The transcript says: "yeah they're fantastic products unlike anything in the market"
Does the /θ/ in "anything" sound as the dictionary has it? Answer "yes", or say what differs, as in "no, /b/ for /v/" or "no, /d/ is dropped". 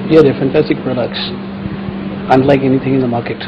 yes